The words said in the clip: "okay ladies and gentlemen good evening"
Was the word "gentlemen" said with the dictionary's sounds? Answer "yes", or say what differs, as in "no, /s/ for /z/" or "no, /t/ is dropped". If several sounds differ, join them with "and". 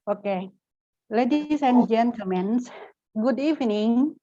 no, /l/ is dropped